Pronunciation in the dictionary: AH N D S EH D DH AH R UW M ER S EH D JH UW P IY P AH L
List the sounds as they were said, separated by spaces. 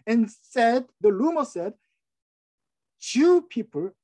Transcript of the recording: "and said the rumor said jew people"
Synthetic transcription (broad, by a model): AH N S EH D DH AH L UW M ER S EH D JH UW P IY P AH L